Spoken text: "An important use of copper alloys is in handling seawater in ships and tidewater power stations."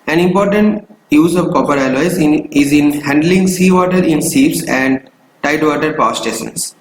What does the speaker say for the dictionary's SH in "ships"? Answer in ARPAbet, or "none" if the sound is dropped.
S